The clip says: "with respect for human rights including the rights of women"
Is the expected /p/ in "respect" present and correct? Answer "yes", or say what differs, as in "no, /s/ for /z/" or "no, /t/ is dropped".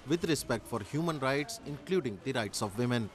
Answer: yes